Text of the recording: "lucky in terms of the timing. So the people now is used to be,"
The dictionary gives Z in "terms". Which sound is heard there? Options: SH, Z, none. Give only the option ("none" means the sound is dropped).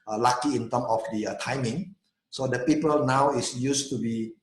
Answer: none